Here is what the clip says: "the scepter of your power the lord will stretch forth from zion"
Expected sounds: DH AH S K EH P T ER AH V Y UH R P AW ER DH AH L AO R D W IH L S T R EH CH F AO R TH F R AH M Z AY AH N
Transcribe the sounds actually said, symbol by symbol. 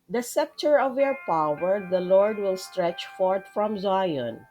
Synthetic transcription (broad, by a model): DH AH S EH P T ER AH V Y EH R P AW ER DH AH L AO R D W IH L S T R EH CH F AO R T F R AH M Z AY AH N